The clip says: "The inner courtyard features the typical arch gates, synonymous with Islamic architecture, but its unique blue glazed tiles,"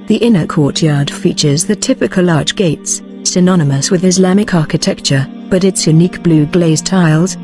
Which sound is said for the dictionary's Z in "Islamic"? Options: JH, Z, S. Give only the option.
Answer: Z